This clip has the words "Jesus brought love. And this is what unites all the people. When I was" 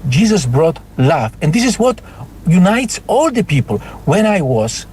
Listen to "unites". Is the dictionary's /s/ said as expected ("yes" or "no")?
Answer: yes